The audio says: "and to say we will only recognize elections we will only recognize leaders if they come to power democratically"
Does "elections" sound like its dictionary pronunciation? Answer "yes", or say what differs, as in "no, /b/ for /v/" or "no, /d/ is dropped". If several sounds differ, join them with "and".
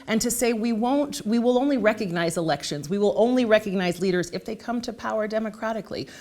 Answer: yes